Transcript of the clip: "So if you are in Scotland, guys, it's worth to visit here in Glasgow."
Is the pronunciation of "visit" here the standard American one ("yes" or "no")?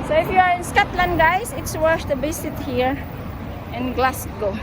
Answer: no